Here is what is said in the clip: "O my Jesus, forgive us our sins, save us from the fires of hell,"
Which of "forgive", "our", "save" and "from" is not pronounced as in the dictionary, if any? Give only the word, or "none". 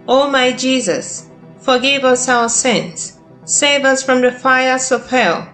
none